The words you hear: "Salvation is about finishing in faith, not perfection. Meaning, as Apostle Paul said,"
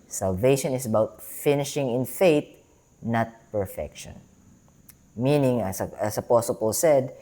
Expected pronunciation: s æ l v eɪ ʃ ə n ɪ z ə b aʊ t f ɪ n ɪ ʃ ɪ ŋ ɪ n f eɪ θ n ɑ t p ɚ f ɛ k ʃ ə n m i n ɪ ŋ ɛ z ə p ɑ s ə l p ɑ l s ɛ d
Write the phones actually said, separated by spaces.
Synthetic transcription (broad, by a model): s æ l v eɪ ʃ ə n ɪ s ə b aʊ t f ɪ n ɪ ʃ ɪ ŋ ɪ n f eɪ t n ɑ t p ɚ f ɛ k ʃ ə n m i n ɪ ŋ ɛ s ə p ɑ s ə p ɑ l s ɛ d